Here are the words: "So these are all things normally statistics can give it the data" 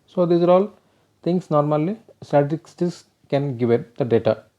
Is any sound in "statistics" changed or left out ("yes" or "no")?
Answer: yes